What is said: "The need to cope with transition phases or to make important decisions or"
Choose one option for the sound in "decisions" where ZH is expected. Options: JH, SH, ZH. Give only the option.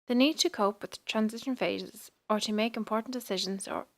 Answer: ZH